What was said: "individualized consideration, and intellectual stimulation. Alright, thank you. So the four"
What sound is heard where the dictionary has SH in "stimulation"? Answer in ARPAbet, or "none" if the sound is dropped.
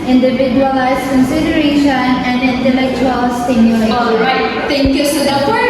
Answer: none